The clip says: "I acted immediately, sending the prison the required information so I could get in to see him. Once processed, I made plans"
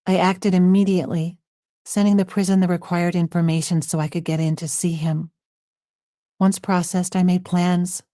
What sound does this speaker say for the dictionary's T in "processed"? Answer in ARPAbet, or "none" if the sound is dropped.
T